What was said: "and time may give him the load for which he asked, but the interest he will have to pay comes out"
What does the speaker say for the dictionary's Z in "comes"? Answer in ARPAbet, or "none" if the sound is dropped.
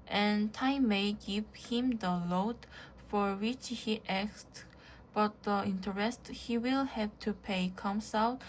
S